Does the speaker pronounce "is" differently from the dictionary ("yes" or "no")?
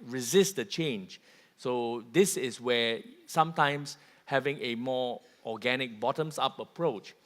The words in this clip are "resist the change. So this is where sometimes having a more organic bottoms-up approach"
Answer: yes